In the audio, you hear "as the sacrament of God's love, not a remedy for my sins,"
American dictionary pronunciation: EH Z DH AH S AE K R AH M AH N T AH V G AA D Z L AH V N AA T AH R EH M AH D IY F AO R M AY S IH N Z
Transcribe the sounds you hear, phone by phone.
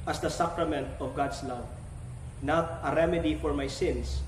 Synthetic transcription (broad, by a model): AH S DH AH S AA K R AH M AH N T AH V G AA D S L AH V N AA T AH R EH M AH D IY F AO R M AY S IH N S